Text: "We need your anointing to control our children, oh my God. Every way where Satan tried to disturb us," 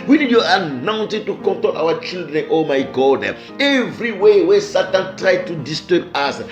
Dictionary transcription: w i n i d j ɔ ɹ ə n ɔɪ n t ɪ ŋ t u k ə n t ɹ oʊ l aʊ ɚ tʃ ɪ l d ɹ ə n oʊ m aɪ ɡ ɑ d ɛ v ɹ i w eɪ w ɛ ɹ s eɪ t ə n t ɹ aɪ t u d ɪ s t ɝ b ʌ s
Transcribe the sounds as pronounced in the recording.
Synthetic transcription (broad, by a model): w i n i d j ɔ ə n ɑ n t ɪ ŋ t u k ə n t oʊ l aʊ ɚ tʃ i l d ɹ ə n oʊ m aɪ ɡ ɑ d ɛ v ɹ i w eɪ w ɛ s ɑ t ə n t ɹ aɪ t u d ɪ s t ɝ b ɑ s